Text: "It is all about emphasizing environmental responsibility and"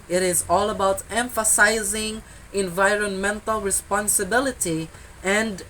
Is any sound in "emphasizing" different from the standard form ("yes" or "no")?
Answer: no